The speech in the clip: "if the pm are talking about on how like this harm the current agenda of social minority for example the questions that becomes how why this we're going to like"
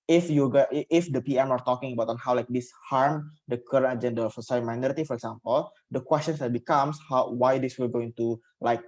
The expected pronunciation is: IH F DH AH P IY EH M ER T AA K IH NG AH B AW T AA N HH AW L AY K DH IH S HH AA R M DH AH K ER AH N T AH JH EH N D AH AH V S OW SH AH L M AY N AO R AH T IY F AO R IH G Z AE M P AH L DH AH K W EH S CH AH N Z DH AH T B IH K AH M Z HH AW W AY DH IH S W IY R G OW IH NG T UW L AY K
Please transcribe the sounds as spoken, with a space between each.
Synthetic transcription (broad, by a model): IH F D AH P IY EH M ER T AA K IH NG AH B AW T AA N HH AW L AY K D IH S HH AA R M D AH K ER AH N T AH JH EH N D AH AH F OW S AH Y M AY N AO R AH T IY F AO R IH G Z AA M P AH L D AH K W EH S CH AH N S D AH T B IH K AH M S HH AW W AY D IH S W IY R G OW IH NG T UW L AY K